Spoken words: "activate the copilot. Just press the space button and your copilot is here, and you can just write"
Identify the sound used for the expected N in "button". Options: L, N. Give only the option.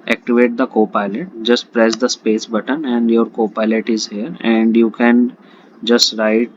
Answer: N